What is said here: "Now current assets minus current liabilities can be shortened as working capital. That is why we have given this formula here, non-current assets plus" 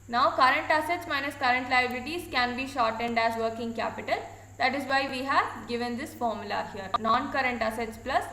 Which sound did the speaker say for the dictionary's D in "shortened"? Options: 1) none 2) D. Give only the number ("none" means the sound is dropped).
2